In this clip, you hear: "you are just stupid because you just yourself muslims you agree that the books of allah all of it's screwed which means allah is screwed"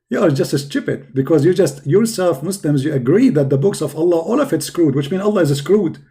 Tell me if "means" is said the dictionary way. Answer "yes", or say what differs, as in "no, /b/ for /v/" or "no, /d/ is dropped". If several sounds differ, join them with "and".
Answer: no, /z/ is dropped